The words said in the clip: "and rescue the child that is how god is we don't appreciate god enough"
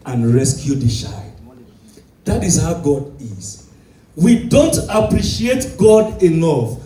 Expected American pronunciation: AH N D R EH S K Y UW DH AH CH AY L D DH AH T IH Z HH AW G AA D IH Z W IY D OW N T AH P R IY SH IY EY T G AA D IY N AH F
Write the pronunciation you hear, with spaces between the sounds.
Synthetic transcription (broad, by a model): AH N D R EH S K Y UW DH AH SH AY D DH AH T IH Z HH AW G AA D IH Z W IY D OW N T AH P R IY SH IY EY T G AA D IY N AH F